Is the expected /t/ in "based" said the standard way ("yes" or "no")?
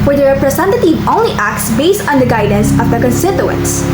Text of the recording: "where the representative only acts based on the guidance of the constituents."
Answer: yes